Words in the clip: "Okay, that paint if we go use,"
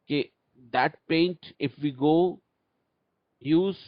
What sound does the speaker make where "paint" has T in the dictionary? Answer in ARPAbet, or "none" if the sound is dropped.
T